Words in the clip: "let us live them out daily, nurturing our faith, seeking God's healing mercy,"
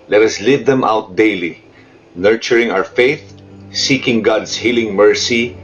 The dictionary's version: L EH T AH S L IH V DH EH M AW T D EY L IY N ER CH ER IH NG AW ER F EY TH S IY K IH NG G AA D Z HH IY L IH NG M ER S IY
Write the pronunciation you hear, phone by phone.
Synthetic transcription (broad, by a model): L EH T AH S L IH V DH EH M AW T D EY L IY N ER CH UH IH NG AW ER F EY TH S IY K IH NG G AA D S HH IY L IH NG M ER S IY